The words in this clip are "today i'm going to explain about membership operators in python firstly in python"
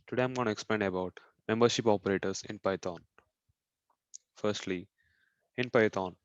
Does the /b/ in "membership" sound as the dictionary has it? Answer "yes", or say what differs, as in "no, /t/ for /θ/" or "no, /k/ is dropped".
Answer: yes